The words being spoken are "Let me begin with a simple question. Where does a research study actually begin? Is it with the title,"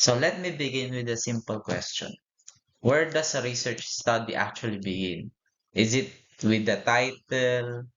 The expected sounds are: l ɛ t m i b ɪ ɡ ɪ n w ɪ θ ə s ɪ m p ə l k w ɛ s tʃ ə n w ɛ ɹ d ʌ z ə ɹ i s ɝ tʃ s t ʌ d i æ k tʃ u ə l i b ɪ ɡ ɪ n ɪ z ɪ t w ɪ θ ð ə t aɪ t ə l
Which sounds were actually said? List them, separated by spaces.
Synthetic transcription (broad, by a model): l ɛ t m i b ɪ ɡ ɪ n w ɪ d ə s ɪ m p ə l k w ɛ s tʃ ə n w ɛ ɹ d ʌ s ə ɹ i s ɝ tʃ s t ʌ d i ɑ k tʃ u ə l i b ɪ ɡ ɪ n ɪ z ɪ t w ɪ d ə t aɪ t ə l